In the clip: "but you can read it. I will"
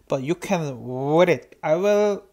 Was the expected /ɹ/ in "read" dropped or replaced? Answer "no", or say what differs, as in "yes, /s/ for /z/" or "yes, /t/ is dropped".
yes, /w/ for /ɹ/